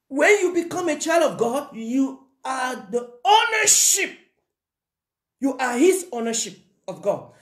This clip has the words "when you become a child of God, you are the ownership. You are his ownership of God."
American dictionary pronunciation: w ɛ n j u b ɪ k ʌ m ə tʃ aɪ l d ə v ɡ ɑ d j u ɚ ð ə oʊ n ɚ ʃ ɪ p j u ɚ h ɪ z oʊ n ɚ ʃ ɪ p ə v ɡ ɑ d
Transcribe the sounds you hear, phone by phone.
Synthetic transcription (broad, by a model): w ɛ n j u b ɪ k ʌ m ə tʃ aɪ l d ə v ɡ ɑ d j u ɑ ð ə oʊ n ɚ ʃ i p j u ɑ h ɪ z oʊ n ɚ ʃ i p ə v ɡ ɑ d